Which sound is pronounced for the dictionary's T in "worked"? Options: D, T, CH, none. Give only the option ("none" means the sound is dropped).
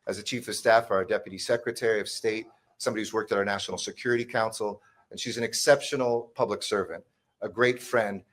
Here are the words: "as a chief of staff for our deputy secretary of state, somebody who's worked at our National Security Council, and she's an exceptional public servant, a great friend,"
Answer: T